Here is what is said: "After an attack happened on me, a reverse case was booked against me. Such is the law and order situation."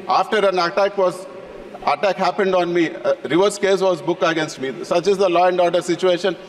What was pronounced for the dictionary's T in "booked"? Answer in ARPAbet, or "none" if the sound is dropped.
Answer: none